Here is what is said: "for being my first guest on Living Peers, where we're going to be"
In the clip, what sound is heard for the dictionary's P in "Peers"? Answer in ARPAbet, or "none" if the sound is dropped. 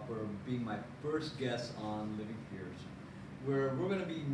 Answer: F